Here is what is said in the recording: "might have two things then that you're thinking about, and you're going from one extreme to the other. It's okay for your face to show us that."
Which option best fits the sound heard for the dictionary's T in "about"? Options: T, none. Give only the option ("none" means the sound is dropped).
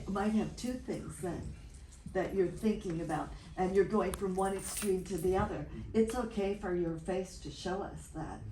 T